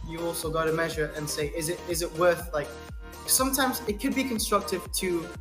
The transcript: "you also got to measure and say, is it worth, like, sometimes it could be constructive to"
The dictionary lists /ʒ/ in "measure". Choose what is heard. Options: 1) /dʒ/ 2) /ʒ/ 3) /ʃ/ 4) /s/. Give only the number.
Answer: 2